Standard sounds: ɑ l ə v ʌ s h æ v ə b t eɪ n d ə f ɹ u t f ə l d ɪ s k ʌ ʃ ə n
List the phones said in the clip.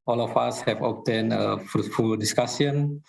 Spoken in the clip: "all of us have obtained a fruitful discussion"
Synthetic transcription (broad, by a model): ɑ l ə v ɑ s h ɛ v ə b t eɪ n ə f ɹ u t f ə l d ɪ s k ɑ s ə n